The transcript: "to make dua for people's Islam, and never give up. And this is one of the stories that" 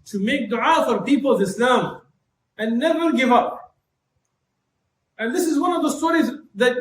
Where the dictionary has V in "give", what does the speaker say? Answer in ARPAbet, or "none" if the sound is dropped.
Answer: V